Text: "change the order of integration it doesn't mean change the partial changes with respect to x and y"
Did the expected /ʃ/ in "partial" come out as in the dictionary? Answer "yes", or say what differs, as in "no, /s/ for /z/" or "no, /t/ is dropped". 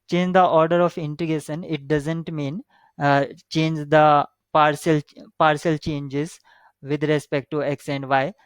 no, /s/ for /ʃ/